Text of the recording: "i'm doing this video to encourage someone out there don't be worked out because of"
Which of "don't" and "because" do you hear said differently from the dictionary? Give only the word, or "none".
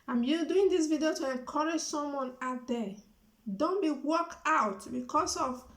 because